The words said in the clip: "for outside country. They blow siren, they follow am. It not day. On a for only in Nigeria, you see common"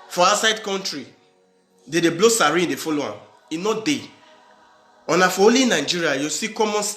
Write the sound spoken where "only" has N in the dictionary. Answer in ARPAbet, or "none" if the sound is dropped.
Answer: none